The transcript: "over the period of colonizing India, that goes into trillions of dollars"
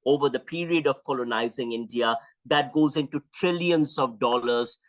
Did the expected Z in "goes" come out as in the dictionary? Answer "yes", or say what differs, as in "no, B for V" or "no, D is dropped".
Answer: yes